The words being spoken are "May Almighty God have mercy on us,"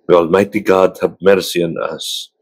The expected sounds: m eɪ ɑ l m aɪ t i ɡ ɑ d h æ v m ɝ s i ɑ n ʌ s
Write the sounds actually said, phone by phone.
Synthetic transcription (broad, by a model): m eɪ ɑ l m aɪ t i ɡ ɑ d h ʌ b m ɝ s i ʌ n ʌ s